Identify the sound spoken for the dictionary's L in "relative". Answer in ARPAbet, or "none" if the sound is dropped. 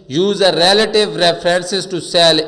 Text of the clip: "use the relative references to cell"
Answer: L